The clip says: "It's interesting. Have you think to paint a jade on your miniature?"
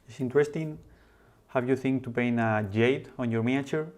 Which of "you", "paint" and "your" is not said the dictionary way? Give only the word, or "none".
paint